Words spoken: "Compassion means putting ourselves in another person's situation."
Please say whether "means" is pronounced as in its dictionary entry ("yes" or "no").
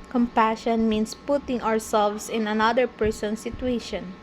no